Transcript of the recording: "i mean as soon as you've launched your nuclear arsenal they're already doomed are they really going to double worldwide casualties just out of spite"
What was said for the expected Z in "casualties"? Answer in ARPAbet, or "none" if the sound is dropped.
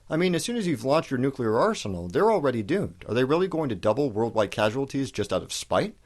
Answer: Z